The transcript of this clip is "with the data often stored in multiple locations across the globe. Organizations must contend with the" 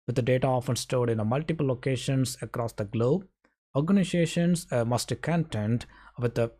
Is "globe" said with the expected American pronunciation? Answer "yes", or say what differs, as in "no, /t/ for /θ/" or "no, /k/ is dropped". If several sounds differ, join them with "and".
yes